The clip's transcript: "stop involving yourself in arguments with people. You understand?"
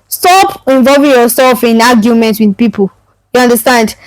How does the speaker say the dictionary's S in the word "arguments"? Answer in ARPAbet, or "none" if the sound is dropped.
none